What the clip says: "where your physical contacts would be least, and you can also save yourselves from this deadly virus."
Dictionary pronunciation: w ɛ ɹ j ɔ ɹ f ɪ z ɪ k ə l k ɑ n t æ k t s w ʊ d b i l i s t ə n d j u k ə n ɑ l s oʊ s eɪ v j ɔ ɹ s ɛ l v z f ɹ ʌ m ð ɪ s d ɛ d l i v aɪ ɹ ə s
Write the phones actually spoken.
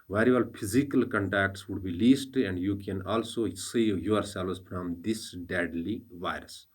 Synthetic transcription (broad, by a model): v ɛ ɹ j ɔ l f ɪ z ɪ k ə l k ɑ n t æ k t s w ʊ d b i l i s t ə n d j u k ə n ɑ l s oʊ s eɪ v j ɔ ɹ s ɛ l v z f ɹ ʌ m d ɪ s d ɛ d l i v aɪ ɹ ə s